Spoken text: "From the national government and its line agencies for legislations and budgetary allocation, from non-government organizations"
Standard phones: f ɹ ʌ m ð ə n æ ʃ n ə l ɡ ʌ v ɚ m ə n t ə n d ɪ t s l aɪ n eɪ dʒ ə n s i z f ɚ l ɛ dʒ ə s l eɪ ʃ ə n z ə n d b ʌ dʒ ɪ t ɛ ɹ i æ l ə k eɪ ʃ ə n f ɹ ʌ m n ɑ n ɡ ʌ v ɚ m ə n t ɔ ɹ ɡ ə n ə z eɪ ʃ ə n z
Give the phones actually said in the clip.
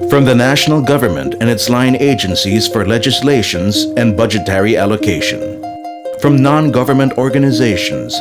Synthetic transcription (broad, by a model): f ɹ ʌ m ð ə n æ ʃ n l ɡ ʌ v ɚ m ə n t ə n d ɪ t s l aɪ n eɪ dʒ ə n s i z f ɚ l ɛ dʒ ə s l eɪ ʃ ə n z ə n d b ʌ dʒ ɪ t ɛ ɹ i æ l ə k eɪ ʃ ə n f ɹ ʌ m n ɑ n ɡ ʌ v ɚ m ə n t ɔ ɹ ɡ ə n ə z eɪ ʃ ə n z